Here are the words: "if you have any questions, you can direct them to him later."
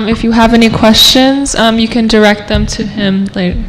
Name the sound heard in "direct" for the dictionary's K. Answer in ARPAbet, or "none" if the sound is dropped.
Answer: K